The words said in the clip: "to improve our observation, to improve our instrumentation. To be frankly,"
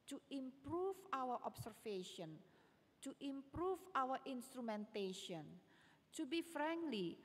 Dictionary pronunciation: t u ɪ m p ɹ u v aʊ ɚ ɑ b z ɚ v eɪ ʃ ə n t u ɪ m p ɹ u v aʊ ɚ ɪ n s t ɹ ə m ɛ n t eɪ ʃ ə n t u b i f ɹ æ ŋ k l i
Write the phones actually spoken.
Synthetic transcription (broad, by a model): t u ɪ m p ɹ u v aʊ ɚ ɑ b s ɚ f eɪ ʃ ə n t u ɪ m p ɹ u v aʊ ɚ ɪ n s t ɹ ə m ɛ n t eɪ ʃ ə n t u b i f ɹ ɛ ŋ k l i